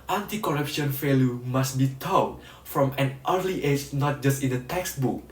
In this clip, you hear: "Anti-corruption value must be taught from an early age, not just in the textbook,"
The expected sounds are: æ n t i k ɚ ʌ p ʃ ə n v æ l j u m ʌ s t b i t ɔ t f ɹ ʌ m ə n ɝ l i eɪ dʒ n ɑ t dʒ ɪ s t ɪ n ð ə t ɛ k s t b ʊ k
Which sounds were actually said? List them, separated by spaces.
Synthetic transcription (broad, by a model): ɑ n t i k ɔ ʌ p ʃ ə n f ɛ l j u m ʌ s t b i t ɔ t f ɹ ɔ m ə n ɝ l i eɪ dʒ n ɑ t dʒ ɪ s t ɪ n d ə t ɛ k s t b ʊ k